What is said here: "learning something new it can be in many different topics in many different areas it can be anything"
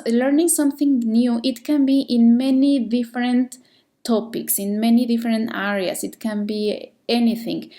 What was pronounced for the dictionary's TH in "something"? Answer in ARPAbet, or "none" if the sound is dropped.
TH